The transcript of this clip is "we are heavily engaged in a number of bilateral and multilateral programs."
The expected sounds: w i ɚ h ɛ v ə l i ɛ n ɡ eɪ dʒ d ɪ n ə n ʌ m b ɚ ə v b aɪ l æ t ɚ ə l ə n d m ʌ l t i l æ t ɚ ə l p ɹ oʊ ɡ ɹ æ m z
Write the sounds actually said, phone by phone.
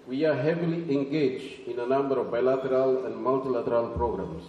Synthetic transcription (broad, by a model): w i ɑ h ɛ v ə l i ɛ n ɡ eɪ dʒ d ɪ n ə n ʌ m b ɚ ə v b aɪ l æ t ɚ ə l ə n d m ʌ l t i l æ t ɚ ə l p ɹ oʊ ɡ ɹ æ m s